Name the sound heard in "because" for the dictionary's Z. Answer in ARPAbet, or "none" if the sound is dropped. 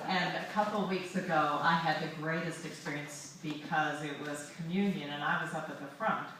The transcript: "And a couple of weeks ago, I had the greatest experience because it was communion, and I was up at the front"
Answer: Z